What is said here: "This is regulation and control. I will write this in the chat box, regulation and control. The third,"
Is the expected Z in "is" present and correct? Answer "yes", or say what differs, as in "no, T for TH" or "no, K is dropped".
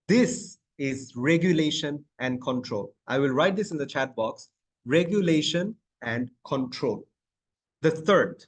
yes